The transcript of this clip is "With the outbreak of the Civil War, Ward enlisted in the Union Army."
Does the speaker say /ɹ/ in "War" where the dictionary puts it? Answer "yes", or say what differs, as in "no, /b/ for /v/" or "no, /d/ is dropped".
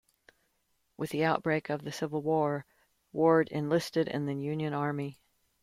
yes